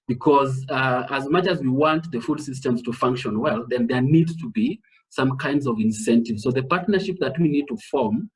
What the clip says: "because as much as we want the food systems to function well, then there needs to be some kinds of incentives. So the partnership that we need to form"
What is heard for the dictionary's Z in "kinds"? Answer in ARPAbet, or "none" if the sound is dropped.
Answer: Z